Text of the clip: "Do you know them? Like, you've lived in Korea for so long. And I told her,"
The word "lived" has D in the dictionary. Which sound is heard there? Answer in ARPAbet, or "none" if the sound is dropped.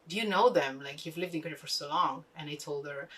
D